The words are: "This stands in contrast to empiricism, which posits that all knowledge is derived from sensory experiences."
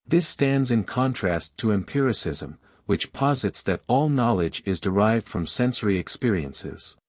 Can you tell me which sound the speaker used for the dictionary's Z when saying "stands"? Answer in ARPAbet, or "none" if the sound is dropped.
Z